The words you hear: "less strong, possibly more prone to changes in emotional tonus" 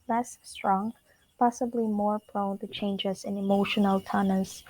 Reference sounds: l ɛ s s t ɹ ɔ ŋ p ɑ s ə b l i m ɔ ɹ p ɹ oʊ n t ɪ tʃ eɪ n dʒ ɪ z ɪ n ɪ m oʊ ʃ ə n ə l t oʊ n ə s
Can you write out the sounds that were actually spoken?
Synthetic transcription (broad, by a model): l ɛ s s t ɹ ɔ ŋ p ɑ s ə b l i m ɔ ɹ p l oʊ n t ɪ tʃ eɪ n dʒ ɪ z ɪ n ɪ m oʊ ʃ ə n ə l t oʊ n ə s